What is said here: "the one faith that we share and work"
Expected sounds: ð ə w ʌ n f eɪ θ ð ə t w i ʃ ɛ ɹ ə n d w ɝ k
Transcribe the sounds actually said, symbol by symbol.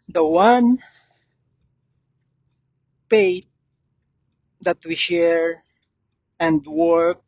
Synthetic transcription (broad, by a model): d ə w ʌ n p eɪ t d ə t w i ʃ ɛ ɹ ə n d w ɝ k